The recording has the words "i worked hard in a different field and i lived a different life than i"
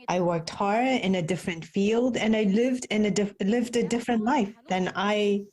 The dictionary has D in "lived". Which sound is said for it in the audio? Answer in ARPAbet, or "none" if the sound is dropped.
D